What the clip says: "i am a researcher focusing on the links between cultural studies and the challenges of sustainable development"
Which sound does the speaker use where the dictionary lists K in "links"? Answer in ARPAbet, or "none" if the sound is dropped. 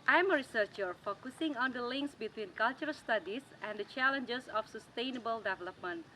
K